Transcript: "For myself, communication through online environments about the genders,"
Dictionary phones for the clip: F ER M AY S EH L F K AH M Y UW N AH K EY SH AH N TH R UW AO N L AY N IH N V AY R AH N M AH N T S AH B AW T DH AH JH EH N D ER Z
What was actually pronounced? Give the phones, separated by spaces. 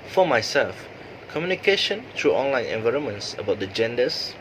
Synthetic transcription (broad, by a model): F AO M AY S EH L F K AH M Y UW N AH K EY SH AH N T R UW AO N L AY N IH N V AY R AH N M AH N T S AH B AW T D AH JH EH N D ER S